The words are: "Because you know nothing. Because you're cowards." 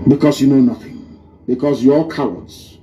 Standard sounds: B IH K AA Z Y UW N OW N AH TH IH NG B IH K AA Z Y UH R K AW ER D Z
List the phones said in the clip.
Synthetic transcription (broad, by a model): B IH K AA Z Y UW N OW N AH TH IH NG B IH K AA Z Y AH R K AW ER D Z